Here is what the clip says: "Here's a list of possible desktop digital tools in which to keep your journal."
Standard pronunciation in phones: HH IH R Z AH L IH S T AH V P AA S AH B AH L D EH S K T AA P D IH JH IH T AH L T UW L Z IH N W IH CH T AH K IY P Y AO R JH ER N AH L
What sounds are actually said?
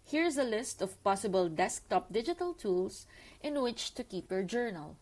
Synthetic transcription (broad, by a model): HH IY R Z AH L IH S T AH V P AA S AH B AH L D EH S K T AA P D IH JH IH T AH L T UW L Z IH N W IH CH T AH K IY P Y AO R JH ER N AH L